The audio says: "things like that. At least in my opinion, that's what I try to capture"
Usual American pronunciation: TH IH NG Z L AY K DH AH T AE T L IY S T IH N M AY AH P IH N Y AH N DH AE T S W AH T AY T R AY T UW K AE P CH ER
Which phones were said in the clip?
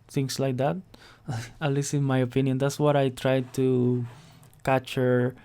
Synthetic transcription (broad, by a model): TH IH NG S L AY K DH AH T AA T L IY S IH N M AY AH P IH N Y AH N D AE T S W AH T AY T R AY T UW K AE CH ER